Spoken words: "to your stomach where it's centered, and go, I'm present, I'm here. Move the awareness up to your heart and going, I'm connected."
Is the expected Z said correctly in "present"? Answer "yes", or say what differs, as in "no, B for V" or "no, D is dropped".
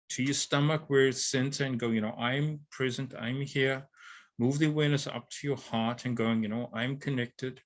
yes